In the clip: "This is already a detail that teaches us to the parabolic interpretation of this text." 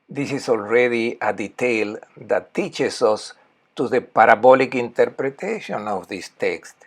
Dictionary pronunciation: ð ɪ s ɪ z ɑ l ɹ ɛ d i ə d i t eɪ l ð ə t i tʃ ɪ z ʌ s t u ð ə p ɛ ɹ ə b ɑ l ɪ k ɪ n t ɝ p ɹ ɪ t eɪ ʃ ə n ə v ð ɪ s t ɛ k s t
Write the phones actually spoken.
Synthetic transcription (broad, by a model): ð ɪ s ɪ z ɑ l ɹ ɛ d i ə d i t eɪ l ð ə t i tʃ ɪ s ʌ s t u ð ə p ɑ ɹ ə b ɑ l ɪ k ɪ n t ɝ p ɹ ɪ t eɪ ʃ ə n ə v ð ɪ s t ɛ k s t